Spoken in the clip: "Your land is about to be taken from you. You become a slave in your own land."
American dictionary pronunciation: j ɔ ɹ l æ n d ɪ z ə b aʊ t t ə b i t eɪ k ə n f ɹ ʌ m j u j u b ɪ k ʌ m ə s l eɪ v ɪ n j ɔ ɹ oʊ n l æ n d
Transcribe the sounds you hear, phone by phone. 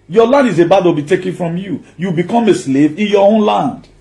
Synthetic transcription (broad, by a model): j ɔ l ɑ n d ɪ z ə b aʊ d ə b i t eɪ k ə n f ɹ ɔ m j u j u b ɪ k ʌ m ə s l eɪ v ɪ n j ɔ oʊ n l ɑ n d